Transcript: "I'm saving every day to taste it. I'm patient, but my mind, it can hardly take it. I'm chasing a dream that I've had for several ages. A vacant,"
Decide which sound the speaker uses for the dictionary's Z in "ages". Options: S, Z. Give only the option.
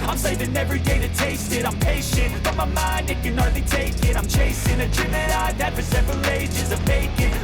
Z